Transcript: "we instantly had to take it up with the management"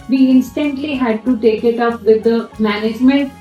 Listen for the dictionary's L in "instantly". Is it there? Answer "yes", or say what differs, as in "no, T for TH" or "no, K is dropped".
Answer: yes